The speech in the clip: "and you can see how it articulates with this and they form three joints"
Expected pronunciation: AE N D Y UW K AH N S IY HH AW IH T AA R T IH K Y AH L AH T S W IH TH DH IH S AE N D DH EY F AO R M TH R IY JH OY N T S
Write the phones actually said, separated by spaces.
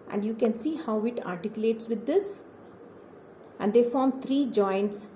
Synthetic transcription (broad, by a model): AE N D Y UW K AH N S IY HH AW IH T AA R T IH K Y AH L AH T S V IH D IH S AE N D EY F AO R M T R IY JH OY N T S